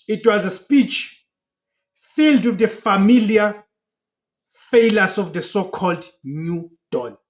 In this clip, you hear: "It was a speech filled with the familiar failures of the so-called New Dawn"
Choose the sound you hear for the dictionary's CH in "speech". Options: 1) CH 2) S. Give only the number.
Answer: 1